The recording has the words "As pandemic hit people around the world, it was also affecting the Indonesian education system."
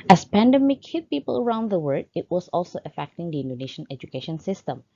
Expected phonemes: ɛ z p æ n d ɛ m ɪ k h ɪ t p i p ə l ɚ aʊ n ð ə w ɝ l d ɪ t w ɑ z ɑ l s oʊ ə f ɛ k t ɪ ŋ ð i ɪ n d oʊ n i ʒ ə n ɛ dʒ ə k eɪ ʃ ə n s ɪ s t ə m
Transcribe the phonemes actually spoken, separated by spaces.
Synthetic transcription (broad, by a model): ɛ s p æ n d ɛ m ɪ k h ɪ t p i p ə l ɚ aʊ n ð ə w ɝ d ɪ t w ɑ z ɑ l s oʊ ə f ɛ k t ɪ ŋ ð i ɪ n d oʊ n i ʃ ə n ɛ dʒ ə k eɪ ʃ ə n s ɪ s t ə m